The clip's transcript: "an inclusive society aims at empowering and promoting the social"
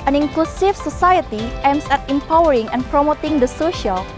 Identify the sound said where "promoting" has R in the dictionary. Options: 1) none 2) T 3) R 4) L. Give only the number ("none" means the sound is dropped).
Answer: 3